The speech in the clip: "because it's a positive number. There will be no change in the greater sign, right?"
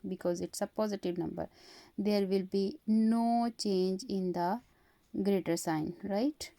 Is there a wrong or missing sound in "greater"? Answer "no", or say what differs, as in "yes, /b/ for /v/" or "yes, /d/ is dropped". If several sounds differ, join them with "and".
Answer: no